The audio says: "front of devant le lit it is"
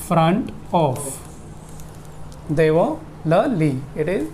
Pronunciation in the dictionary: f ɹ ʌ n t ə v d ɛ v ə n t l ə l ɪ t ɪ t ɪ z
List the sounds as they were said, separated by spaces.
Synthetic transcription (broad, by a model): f ɹ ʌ n t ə f d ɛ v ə l ə l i ɪ t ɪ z